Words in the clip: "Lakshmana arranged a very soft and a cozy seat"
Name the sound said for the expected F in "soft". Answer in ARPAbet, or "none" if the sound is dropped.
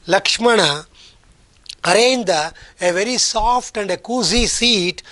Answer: P